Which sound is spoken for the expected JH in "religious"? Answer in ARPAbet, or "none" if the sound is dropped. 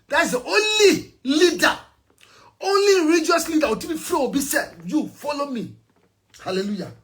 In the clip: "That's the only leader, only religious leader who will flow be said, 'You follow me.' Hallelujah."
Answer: none